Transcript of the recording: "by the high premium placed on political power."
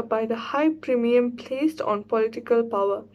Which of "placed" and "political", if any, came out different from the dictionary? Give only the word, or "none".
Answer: none